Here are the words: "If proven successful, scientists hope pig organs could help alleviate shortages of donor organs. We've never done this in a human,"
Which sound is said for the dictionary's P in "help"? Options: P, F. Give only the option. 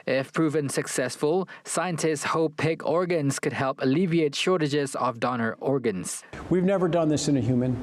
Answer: P